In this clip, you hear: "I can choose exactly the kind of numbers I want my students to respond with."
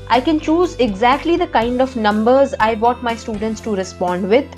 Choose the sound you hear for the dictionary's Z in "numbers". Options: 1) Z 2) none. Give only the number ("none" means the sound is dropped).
1